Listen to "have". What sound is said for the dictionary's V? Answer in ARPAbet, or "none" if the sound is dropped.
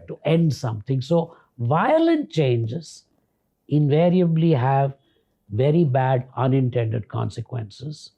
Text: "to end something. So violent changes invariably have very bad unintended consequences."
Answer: V